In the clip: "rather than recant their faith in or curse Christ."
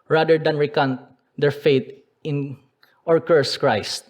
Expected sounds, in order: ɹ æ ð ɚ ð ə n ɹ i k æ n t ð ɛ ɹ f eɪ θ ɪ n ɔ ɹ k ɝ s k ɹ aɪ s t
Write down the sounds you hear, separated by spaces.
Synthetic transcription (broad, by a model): ɹ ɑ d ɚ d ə n ɹ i k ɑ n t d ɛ ɹ f eɪ t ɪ n ɔ ɹ k ɝ s k ɹ aɪ s t